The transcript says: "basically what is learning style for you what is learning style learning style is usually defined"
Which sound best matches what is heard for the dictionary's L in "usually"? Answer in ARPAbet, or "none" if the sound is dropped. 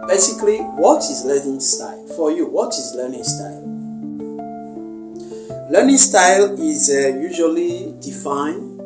L